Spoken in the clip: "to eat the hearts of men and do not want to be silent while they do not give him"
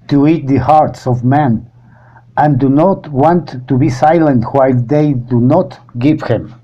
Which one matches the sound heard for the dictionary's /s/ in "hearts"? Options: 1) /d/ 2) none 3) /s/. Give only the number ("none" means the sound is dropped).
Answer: 3